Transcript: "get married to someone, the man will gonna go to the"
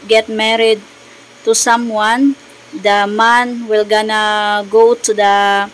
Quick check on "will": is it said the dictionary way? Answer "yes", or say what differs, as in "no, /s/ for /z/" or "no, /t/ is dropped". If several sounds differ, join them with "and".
yes